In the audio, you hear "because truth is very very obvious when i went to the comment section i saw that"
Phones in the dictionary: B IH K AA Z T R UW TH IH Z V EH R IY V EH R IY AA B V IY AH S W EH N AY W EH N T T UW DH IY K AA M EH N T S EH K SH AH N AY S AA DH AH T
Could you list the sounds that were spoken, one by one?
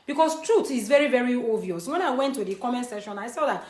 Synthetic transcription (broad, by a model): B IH K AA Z T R UW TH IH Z V EH R IY V EH R IY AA V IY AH S W EH N AY W EH N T T UW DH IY K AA M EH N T S EH SH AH N AY S AA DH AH T